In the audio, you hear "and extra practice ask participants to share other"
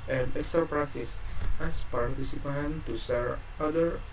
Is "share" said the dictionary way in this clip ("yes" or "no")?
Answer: no